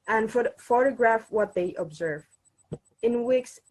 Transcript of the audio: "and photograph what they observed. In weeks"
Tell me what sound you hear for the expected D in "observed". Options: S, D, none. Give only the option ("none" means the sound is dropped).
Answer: none